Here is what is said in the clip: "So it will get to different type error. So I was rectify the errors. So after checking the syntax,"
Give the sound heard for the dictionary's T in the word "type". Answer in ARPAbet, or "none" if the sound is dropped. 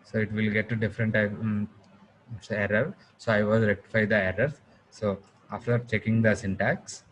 S